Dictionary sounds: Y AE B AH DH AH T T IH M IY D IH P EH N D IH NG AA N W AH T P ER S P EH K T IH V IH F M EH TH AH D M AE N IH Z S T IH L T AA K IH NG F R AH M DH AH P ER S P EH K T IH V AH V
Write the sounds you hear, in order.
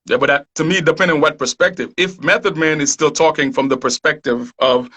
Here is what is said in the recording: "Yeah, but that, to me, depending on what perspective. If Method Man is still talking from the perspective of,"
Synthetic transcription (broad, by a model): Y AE B AH DH AH T T IH M IY D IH P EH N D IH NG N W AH T P ER S P EH K T IH V IH F M EH TH AH D M AE N IH Z S T IH L T AA K IH NG F R AH M DH AH P ER S P EH K T IH V AH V